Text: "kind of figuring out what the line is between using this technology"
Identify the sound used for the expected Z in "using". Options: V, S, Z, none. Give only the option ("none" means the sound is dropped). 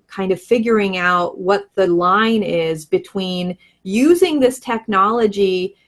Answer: Z